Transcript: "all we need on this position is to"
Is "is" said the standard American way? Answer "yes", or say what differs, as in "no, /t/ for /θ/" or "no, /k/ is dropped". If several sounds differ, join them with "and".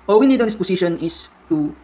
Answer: no, /s/ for /z/